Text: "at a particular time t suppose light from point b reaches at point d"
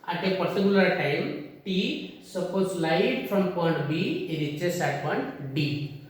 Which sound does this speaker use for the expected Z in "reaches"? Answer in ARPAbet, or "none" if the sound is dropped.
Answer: S